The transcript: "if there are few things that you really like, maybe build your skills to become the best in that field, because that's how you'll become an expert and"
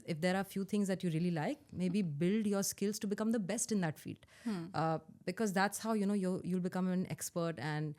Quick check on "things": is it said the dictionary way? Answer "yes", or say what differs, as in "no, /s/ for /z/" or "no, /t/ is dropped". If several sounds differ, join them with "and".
no, /t/ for /θ/